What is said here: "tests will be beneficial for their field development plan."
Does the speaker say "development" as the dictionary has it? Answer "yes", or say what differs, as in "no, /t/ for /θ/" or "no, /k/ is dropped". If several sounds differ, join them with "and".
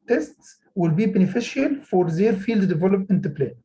no, /m/ is dropped